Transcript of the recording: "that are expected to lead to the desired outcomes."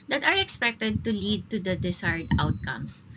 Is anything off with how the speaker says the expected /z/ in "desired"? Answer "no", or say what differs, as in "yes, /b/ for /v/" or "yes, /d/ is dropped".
yes, /s/ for /z/